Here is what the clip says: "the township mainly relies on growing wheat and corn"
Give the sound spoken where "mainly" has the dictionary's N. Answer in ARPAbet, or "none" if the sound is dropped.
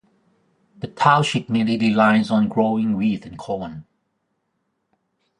none